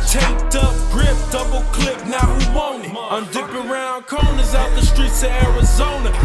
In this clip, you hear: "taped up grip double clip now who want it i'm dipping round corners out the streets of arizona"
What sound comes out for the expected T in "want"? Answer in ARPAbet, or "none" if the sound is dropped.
none